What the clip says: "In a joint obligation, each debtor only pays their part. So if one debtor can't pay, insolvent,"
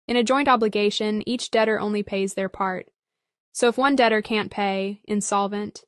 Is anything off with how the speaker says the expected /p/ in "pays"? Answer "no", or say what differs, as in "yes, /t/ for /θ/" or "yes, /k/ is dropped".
no